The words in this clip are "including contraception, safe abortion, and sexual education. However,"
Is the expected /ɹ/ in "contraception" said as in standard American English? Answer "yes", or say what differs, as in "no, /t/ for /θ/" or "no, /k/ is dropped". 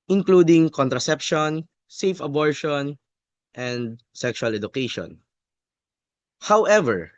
yes